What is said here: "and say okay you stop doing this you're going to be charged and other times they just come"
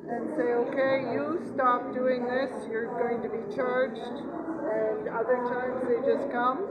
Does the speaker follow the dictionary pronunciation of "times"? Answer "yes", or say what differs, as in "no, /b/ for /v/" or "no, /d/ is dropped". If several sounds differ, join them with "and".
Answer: yes